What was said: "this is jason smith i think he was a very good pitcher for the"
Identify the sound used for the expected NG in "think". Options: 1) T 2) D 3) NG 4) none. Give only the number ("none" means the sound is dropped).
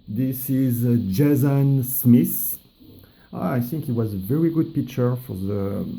3